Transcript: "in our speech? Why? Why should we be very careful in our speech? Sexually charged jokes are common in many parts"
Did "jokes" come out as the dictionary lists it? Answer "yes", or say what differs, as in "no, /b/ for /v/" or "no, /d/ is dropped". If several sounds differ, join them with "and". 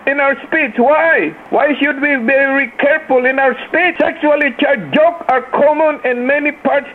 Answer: no, /s/ is dropped